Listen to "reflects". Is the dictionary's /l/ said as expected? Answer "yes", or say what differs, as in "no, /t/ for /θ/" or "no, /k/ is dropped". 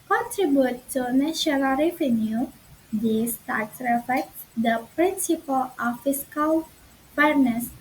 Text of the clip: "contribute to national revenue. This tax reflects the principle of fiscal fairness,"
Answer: no, /l/ is dropped